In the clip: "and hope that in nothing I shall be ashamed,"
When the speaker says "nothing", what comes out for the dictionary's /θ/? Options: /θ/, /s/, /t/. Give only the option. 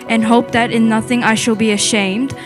/θ/